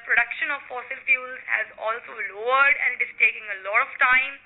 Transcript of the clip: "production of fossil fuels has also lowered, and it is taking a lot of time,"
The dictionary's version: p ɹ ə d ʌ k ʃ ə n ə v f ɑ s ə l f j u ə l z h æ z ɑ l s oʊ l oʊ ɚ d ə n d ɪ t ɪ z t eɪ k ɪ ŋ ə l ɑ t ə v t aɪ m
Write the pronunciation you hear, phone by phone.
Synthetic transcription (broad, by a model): p ɹ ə d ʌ k ʃ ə n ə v f ɑ s ə l f j u l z h æ z ɑ l s oʊ l oʊ ɚ d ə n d ɪ t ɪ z t eɪ k ɪ ŋ ə l ɑ t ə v t aɪ m